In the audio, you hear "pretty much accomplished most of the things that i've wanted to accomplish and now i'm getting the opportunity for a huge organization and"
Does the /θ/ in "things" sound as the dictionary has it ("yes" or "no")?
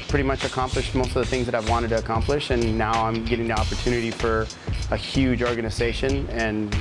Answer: yes